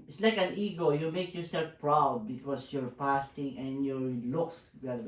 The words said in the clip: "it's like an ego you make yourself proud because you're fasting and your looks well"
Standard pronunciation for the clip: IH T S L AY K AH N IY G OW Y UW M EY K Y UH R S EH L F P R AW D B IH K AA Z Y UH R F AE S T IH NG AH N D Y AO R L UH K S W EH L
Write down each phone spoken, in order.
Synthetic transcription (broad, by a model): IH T S L AY K AH N IY G OW Y UW M EY K Y UH R S EH L F P R AW D B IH K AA S Y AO R P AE S T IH NG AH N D Y AO R L UH K S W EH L